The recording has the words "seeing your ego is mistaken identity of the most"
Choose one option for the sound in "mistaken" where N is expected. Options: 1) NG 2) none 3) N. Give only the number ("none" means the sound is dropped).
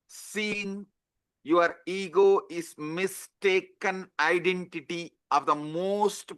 3